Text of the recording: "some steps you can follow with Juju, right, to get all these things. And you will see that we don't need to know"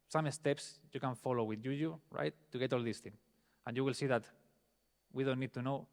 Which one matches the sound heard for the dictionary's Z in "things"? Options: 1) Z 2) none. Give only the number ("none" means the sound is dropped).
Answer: 2